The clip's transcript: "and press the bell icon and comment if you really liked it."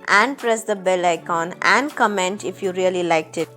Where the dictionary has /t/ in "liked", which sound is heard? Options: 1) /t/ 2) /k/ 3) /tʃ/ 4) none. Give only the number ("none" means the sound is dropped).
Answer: 1